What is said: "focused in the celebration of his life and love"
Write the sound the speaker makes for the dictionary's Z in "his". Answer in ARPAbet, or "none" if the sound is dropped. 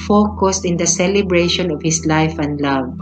S